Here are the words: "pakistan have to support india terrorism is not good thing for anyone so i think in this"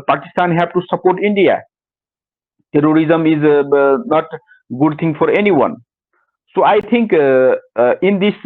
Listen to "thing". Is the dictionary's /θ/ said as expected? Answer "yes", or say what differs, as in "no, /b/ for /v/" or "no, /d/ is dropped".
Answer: no, /t/ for /θ/